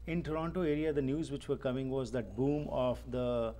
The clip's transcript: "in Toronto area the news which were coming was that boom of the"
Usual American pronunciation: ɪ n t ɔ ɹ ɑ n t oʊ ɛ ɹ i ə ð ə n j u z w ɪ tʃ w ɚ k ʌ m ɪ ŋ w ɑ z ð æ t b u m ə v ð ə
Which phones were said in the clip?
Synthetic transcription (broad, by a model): ɪ n t ɔ ɹ ɑ n t oʊ ɛ ɹ i ə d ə n j u z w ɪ tʃ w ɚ k ʌ m ɪ ŋ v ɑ z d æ t b u m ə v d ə